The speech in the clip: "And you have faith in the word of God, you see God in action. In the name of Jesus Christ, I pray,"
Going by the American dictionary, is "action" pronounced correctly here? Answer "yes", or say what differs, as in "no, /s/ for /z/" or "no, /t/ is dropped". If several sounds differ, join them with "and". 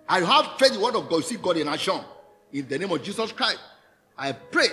no, /k/ is dropped